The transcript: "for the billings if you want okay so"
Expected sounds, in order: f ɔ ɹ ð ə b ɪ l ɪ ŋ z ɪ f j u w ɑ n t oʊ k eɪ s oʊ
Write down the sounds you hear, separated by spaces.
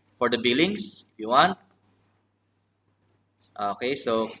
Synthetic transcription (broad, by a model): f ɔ ɹ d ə b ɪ l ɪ ŋ s ɪ f j u w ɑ n t oʊ k eɪ s oʊ